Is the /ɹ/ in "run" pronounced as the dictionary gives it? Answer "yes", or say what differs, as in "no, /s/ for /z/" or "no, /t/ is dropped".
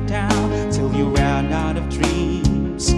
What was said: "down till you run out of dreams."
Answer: no, /w/ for /ɹ/